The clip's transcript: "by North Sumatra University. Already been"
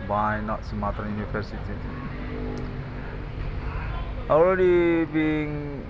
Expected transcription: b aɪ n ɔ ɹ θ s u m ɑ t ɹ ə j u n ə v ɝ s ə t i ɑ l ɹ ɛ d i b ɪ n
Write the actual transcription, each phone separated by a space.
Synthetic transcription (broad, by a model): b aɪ n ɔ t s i m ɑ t ə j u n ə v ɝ s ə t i ɑ l ɹ ɛ d i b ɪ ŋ